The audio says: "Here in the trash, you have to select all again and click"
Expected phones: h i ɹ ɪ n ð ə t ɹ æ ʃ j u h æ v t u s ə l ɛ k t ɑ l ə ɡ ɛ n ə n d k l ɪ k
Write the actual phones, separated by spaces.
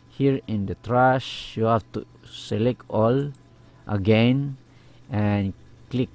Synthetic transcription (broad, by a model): h i ɹ ɪ n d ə t ɹ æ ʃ j u h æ f t u s ə l ɛ k t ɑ l ə ɡ ɛ n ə n k l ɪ k